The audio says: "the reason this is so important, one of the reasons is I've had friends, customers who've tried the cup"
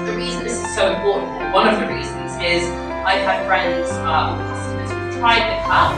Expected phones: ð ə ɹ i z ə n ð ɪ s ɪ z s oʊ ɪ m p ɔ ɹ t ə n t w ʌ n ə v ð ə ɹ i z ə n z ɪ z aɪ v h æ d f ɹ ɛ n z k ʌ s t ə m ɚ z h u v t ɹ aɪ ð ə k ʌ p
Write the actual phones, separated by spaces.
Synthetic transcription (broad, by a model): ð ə ɹ i z ə n ð ɪ s ɪ z s oʊ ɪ m p ɔ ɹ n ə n w ʌ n ə v ð ə ɹ i z ə n z ɪ z aɪ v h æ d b ɹ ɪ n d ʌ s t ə ɚ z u t ɹ aɪ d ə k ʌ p